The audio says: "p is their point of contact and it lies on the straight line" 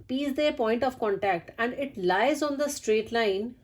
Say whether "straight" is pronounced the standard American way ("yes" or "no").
yes